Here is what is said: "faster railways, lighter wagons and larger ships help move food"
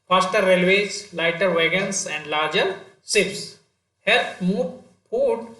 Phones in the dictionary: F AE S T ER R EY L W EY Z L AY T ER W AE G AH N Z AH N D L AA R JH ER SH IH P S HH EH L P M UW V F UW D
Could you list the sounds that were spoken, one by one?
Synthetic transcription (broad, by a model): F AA S T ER R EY L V EY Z L AY T ER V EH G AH N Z AH N D L AA R JH ER S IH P S HH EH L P M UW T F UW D